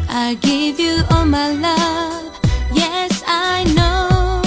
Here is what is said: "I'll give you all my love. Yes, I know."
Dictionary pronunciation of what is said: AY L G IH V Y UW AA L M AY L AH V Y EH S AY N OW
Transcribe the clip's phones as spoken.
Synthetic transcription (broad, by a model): AY G IH V Y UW AA L M AY L AH V Y EH S AY N OW